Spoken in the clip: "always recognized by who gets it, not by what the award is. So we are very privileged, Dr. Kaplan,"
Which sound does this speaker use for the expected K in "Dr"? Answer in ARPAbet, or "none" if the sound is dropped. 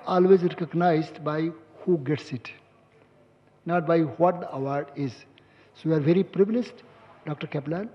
K